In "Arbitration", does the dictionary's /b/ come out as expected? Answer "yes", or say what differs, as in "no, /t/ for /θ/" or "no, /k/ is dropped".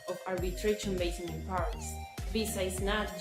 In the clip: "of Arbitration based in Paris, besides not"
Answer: no, /b/ is dropped